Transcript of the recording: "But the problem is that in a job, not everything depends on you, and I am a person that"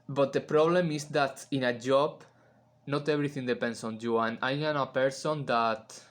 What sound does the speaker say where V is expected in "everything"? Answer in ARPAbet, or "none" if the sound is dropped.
B